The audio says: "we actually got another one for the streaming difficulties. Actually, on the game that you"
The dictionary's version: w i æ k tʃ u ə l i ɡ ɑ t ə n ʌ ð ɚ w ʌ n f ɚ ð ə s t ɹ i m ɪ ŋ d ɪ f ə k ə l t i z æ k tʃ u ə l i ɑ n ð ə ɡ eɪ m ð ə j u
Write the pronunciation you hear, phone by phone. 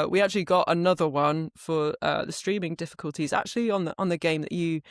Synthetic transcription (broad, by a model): w i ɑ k tʃ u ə l i ɡ ɑ t ə n ʌ ð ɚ w ʌ n f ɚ ð ə s t ɹ i m ɪ ŋ d ɪ f ə k ə l t i z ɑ k tʃ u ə l i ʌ n ð ə ɡ eɪ m ð ə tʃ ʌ